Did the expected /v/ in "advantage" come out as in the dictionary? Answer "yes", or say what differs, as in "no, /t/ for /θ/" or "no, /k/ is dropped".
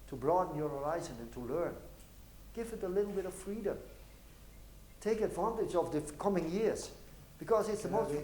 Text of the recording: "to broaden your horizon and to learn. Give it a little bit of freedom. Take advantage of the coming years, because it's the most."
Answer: yes